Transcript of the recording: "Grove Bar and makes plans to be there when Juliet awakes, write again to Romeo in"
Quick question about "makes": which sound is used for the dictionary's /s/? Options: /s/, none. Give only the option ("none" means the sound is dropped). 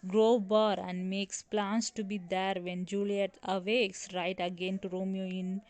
/s/